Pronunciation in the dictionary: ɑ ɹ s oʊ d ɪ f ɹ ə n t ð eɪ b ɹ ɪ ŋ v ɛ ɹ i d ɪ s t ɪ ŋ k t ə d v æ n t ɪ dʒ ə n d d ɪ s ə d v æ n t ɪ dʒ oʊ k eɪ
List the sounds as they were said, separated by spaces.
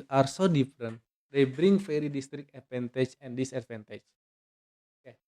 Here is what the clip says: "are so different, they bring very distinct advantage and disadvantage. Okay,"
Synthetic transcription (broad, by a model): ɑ ɹ s oʊ d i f ɹ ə n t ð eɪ b ɹ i ŋ f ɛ ɹ i d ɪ s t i k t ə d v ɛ n t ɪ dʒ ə n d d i s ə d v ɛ n t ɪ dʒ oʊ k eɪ